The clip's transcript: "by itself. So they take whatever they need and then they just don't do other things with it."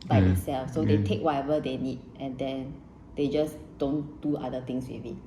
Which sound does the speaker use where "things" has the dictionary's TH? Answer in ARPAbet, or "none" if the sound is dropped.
T